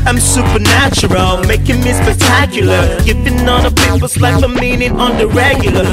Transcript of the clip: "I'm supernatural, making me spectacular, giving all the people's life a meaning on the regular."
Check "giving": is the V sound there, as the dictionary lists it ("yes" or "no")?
no